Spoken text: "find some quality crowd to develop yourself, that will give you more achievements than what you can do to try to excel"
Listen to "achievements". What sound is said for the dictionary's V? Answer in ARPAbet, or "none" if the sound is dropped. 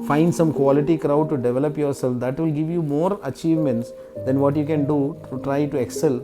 V